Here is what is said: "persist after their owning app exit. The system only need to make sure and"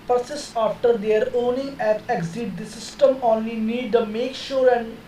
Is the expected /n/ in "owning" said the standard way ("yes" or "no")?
yes